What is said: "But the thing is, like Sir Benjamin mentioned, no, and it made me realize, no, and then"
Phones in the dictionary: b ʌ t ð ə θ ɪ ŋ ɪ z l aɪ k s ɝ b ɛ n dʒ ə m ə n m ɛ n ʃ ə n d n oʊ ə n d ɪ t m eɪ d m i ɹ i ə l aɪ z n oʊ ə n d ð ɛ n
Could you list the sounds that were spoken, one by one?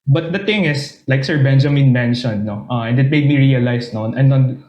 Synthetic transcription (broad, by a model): b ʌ t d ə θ ɪ ŋ ɪ s l aɪ k s ɝ b ɛ n dʒ ə m ə n m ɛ n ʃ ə n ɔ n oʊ ə n d ɪ t m eɪ d m i ɹ i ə l aɪ s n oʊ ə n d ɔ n